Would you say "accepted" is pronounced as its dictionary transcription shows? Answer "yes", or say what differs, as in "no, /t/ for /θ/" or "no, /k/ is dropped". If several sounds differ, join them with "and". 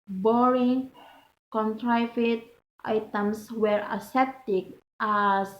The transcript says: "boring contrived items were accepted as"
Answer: no, /k/ is dropped